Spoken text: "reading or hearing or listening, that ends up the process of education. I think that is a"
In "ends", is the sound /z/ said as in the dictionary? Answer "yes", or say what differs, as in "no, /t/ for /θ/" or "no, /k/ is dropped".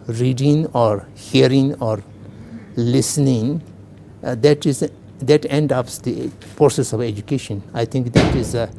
no, /z/ is dropped